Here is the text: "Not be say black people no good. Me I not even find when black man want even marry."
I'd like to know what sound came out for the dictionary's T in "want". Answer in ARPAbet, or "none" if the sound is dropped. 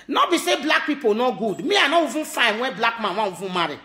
none